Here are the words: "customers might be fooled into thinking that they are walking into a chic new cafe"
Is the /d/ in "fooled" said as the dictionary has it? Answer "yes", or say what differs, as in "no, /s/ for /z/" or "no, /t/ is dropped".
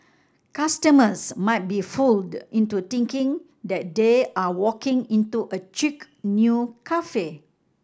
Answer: yes